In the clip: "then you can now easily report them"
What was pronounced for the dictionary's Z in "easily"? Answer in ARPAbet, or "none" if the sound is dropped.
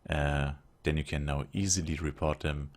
Z